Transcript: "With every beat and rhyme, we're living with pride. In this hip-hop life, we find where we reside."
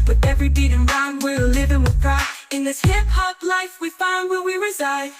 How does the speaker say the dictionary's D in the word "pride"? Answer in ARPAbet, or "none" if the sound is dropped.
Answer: none